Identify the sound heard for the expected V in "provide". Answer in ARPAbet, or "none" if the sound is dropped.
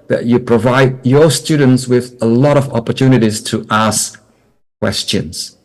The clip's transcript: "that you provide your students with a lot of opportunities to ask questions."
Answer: V